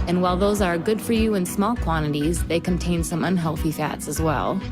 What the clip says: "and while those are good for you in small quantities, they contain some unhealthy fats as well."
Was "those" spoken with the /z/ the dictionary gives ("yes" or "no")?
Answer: yes